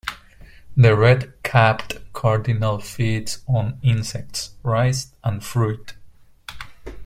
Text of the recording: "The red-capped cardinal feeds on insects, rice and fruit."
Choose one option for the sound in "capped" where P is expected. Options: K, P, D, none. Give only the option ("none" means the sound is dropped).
P